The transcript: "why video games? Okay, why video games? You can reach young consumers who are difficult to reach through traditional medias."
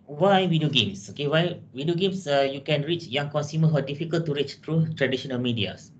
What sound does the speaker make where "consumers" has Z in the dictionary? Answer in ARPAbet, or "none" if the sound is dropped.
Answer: none